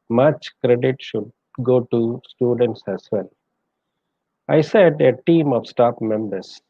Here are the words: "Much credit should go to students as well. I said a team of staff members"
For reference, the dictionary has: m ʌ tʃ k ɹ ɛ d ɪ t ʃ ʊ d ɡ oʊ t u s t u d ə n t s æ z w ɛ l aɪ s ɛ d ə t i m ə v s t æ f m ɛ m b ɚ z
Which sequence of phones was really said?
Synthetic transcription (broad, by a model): m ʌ tʃ k ɹ ɛ d ɪ t ʃ ʊ d ɡ oʊ t u s t u d ə n t s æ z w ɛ l aɪ s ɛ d ə t i m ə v s t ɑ p m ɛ m b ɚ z